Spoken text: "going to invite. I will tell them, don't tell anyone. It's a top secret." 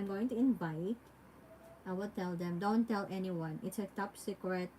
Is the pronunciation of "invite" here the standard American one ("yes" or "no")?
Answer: no